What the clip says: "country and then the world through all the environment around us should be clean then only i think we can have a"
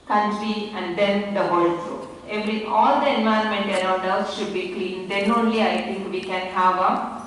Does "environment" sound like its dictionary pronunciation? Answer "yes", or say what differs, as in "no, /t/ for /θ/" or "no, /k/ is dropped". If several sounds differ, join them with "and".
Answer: no, /ɹ/ is dropped